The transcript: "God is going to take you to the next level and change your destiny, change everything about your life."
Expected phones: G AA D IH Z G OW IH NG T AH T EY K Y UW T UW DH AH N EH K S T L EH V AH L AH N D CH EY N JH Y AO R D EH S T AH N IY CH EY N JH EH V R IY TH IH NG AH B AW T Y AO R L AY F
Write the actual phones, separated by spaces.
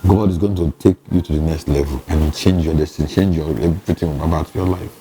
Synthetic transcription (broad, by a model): G AA D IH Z G OW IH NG T AH T EY K Y UW T UW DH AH N EH K S T L EH V AH L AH N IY CH EY N JH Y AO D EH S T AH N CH EY N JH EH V R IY T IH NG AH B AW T Y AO L AY F